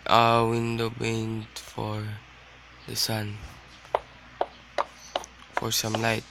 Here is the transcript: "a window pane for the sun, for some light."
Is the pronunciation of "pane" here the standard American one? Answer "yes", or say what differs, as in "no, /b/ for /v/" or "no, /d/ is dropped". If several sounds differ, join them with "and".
no, /b/ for /p/